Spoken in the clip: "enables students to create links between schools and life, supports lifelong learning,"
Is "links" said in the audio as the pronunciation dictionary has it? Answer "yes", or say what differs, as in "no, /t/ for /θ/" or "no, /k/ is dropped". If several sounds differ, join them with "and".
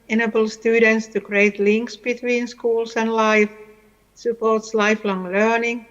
yes